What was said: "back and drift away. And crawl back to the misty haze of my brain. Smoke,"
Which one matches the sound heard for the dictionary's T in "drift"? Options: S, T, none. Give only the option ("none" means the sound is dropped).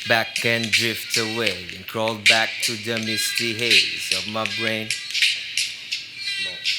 T